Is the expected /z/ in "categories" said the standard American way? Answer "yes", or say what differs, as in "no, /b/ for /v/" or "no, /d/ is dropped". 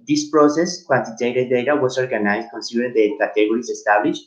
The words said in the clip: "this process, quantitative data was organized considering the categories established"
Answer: no, /s/ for /z/